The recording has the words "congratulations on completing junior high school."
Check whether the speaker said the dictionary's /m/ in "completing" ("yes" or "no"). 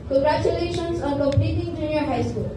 no